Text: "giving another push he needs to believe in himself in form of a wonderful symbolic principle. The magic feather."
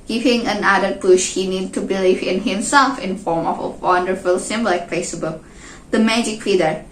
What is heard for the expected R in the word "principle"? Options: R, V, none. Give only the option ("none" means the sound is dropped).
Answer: none